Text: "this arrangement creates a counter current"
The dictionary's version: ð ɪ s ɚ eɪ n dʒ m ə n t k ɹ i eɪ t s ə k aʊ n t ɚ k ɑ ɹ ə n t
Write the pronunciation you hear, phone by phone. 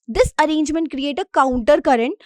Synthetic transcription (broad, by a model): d ɪ s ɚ eɪ n dʒ m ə n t k ɹ i eɪ t ə k aʊ n t ɚ k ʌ ɹ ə n t